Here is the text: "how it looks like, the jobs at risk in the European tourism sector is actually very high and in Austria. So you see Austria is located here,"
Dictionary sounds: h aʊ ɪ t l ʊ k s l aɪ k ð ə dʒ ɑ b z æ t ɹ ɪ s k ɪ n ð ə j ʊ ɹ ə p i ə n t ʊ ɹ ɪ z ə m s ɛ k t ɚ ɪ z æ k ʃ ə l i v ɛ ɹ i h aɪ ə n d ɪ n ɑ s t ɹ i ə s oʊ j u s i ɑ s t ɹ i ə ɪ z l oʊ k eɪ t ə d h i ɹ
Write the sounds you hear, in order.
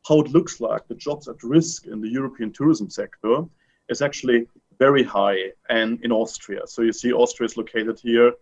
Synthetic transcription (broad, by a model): h aʊ ɪ t l ʊ k s l aɪ k ð ə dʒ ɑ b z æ t ɹ ɪ s k ɪ n ð ə j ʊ ɹ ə p i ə n t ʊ ɹ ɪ z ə m s ɛ k t ɚ ɪ z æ k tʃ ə l i v ɛ ɹ i h aɪ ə n ɪ n ɑ s t ɹ i ə s oʊ j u s i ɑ s t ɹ i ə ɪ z l oʊ k eɪ t ə d h i ɹ